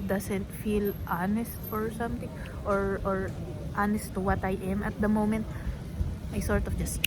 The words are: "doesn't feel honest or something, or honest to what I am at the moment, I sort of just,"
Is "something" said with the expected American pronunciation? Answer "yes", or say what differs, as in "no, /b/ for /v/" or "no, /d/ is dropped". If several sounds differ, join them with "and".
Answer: no, /t/ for /θ/